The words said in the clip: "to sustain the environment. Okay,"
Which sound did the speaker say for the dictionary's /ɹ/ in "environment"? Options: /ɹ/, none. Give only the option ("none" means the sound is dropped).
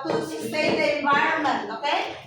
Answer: none